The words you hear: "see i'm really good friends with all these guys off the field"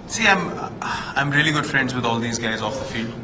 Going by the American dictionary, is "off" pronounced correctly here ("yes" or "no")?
yes